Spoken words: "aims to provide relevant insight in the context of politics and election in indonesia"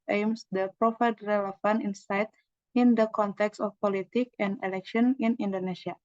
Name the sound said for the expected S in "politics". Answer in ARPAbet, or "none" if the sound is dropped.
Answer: none